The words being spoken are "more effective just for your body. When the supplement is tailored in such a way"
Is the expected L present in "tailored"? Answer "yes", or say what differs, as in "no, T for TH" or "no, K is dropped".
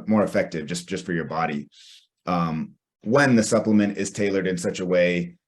yes